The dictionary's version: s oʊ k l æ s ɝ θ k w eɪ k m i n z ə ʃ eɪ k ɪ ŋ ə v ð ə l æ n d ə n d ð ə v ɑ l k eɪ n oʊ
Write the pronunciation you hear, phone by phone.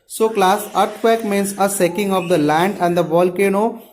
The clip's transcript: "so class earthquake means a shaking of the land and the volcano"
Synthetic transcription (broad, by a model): s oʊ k l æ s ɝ t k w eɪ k m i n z ə s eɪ k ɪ ŋ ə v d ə l æ n d ə n d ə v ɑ l k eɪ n oʊ